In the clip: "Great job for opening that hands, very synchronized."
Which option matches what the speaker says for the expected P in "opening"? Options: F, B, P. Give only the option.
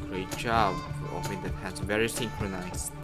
F